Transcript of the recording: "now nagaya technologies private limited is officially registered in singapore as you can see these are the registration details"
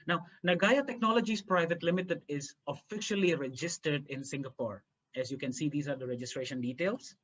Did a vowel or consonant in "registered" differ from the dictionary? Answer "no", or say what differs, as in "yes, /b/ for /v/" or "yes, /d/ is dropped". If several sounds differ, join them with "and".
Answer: no